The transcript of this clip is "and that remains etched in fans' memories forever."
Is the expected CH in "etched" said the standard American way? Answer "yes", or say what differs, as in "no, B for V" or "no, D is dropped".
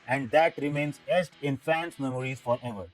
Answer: no, S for CH